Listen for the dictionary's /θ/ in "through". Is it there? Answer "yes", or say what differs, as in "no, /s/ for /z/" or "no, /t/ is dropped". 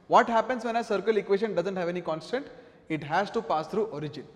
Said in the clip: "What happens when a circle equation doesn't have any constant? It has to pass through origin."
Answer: no, /t/ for /θ/